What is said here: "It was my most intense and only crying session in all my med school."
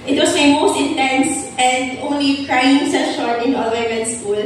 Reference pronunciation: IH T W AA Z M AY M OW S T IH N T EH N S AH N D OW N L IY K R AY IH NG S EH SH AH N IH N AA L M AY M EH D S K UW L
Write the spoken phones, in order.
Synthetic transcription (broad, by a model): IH T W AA S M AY M OW S T IH N T EH N S AH N D OW N L IY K R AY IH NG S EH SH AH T IH N AA L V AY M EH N S K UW L